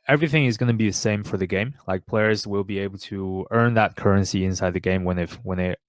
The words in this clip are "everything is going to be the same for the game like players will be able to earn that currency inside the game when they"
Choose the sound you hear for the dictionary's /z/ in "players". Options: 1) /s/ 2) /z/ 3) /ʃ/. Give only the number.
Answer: 2